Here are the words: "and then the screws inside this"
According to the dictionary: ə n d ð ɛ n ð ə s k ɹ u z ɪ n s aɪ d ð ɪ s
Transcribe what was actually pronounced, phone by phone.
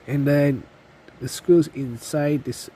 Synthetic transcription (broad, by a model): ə n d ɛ n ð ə s k u s ɪ n s aɪ d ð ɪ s